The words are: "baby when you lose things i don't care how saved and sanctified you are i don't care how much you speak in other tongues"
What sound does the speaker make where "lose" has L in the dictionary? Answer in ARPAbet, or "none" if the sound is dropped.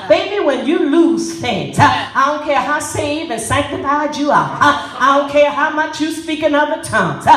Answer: L